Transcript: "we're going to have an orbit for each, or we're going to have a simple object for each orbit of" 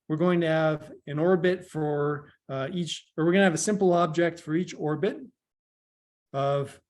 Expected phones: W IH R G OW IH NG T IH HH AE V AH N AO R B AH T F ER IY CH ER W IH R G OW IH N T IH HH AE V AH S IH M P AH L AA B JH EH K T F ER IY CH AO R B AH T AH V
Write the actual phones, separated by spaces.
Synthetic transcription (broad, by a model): W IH R G OW IH NG T IH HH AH V AH N AO R B AH T F ER IY CH ER W IH R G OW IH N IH V AH S IH M P L AA B JH EH K T F ER IY CH AO R B AH T AH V